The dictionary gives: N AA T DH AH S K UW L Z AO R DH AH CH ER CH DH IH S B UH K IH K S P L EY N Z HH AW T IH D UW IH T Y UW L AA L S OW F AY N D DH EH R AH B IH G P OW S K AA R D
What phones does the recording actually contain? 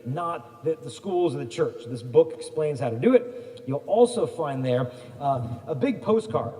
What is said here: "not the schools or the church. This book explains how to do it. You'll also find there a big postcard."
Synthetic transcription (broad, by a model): N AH T DH AH S K UW L Z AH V DH AH CH ER CH DH IH S B UH K IH K S P L EY N Z HH AW T IH D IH IH T Y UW L AA L S OW F AY N DH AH R AH B IH G P OW S K AA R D